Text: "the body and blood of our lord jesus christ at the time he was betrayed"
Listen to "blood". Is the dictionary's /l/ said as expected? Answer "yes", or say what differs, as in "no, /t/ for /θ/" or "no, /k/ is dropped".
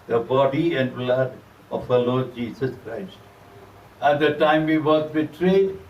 yes